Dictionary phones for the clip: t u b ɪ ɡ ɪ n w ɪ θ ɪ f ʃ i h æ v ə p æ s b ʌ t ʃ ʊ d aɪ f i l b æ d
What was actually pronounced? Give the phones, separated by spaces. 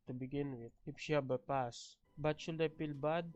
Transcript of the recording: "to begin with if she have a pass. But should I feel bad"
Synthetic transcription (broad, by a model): t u b ɪ ɡ ɪ n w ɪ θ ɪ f ʃ i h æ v ə p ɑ s b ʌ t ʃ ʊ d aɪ p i l b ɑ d